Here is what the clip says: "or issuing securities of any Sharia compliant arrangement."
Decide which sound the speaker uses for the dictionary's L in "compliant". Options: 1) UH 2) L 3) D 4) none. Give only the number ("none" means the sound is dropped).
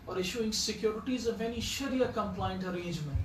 2